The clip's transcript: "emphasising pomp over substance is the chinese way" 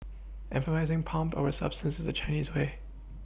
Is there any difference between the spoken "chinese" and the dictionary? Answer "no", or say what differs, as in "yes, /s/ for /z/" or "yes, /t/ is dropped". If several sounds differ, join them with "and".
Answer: no